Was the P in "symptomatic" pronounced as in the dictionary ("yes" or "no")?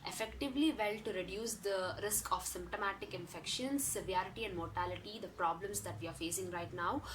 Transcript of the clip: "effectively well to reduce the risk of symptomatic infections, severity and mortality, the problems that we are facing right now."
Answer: yes